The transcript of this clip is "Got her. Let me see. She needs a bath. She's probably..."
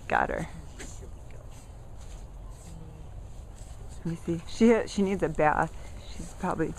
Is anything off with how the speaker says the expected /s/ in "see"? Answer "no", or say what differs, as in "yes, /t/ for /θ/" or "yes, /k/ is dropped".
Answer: yes, /ʃ/ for /s/